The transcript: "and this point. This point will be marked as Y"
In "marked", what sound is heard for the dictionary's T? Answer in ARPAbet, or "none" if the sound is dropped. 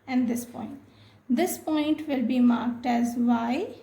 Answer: T